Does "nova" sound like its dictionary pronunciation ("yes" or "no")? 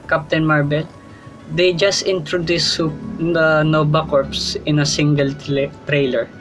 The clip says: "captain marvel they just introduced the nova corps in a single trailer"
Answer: no